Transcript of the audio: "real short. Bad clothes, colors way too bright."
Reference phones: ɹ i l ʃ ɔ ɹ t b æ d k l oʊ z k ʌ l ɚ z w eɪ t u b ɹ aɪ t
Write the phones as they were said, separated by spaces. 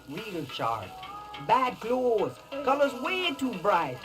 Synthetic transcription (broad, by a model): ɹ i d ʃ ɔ ɹ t b æ d k l oʊ z k ʌ l ɚ z w eɪ t u b ɹ aɪ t